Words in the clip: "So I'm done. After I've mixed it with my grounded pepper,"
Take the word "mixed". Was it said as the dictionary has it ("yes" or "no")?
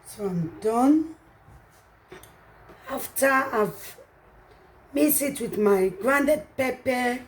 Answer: no